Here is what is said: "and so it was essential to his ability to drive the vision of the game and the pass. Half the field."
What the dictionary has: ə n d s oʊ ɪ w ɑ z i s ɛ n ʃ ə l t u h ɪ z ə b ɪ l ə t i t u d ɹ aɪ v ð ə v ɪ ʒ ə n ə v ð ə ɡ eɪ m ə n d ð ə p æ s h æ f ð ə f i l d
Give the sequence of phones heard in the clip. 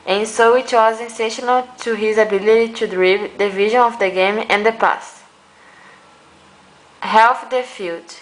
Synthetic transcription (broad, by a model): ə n s oʊ ɪ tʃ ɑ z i s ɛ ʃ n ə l t u h ɪ z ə b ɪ l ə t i t u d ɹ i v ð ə v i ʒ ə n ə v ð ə ɡ eɪ m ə n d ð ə p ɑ s h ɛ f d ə f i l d